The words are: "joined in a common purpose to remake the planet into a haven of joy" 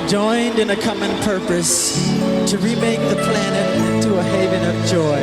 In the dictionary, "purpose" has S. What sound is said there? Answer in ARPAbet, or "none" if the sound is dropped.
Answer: S